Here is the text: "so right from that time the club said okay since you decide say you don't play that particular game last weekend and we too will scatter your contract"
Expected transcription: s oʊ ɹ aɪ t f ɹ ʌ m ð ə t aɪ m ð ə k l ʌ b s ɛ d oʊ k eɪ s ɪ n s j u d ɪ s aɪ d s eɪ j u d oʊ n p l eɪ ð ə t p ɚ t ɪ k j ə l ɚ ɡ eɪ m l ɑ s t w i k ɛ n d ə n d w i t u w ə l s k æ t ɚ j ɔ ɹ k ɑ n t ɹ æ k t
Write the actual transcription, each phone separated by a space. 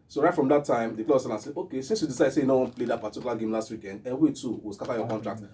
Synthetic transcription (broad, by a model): s oʊ ɹ aɪ t f ɹ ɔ m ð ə t aɪ m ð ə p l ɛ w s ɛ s oʊ k eɪ s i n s j u d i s aɪ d s eɪ j u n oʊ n p l eɪ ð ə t p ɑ t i k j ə l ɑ ɡ eɪ m l ɑ s t w i k ɛ n d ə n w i t u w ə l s k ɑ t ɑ j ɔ k ɑ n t ɹ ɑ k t